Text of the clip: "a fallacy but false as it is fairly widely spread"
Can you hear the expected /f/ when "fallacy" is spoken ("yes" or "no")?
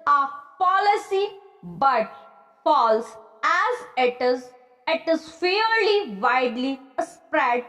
no